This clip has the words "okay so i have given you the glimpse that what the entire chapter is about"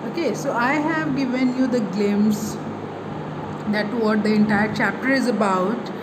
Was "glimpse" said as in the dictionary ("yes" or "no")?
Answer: no